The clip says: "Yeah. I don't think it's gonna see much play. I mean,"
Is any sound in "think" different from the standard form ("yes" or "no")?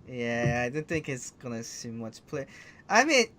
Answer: no